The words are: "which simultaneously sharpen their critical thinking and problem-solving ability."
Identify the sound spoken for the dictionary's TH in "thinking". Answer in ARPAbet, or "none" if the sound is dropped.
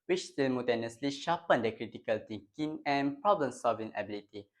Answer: T